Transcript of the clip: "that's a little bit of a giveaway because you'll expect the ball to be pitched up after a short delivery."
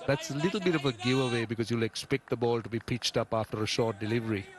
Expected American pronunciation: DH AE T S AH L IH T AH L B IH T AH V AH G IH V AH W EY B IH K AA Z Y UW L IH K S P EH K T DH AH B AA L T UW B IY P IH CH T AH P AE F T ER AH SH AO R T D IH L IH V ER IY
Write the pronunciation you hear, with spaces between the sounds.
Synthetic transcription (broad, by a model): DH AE T S AH L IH T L B IH T AH V AH G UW AH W EY B IH K AA Z Y UW L IH K S P EH K T DH AH B AA L T UW B IY P IH CH T AH P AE F T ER AH SH AO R T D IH L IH V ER IY